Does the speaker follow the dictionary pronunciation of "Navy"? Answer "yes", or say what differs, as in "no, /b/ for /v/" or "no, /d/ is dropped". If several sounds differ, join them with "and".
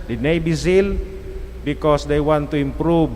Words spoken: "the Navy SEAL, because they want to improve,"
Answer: no, /b/ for /v/